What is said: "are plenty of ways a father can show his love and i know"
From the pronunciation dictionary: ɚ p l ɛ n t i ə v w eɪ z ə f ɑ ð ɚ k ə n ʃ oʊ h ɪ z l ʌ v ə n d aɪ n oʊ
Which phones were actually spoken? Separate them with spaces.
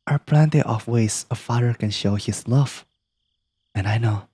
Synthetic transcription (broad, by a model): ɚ p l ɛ n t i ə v w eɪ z ə f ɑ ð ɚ k ə n ʃ oʊ h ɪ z l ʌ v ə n aɪ n oʊ